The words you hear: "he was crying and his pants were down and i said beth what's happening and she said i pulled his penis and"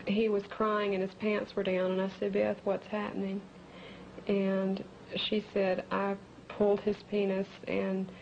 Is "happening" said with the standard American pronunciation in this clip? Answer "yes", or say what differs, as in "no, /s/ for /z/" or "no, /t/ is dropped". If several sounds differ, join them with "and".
yes